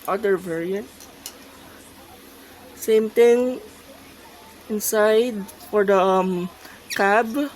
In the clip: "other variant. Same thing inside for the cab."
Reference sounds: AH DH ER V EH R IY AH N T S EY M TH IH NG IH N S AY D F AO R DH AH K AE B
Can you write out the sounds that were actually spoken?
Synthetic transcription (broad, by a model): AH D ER V EH R IY AH N T S EY M T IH NG IH N S AY D F AO R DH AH K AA B